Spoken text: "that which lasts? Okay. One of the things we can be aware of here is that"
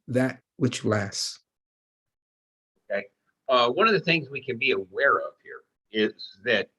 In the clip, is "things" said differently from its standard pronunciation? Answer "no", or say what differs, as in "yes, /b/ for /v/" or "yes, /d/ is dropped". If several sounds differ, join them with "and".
no